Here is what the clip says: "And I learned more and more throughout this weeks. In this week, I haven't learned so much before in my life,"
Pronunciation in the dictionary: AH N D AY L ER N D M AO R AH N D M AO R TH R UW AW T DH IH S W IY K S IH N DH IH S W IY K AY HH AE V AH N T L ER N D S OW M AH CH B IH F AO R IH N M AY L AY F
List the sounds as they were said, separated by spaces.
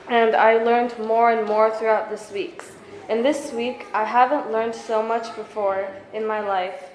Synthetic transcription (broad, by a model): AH N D AY L ER N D M AO R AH N M AO R TH R UW AW T DH IH S W IY K S IH N DH IH S W IY K AY HH AE V AH N T L ER N D S OW M AH CH B IH F AO R IH N M AY L AY F